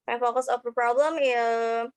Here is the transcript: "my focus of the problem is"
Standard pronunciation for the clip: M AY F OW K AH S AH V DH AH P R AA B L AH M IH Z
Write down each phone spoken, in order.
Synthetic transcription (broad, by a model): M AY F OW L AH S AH P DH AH P R AA B L AH M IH